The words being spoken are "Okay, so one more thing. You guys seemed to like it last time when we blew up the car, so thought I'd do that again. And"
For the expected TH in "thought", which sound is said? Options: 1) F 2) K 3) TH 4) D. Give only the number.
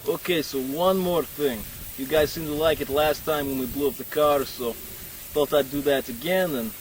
1